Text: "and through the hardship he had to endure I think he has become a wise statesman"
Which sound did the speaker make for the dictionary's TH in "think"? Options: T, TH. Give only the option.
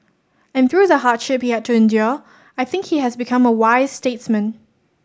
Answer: TH